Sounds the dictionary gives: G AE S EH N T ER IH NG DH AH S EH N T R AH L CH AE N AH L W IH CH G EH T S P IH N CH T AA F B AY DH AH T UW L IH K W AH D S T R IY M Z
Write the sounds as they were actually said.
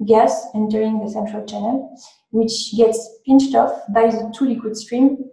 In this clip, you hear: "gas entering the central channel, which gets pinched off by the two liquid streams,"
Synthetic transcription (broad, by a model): G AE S EH N T ER IH NG DH AH S EH N T R AH L CH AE N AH L W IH CH G EH T S P IH N CH T AA F B AY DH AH T UW L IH K W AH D S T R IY M